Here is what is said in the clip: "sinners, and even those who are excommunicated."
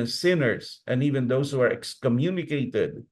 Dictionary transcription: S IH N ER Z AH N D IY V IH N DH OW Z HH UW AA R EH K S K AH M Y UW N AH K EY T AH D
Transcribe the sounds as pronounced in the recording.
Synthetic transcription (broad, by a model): S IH N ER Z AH N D IY V IH N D OW S HH UW AA R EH K S K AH M Y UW N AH K EY T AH D